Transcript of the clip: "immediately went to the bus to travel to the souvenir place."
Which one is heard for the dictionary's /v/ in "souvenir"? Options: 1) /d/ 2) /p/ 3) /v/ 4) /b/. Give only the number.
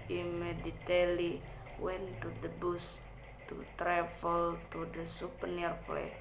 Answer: 2